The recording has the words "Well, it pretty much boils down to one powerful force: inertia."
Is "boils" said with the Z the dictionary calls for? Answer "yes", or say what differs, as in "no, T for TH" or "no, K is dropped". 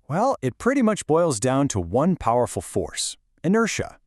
yes